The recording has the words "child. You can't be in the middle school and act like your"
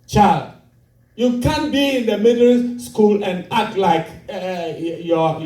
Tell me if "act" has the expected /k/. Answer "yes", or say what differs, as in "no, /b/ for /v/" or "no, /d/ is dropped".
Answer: no, /k/ is dropped